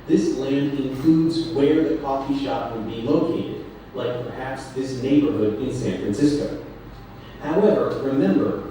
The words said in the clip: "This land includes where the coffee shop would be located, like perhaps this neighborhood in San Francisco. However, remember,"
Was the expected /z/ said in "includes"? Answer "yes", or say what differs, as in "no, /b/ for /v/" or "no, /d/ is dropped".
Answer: yes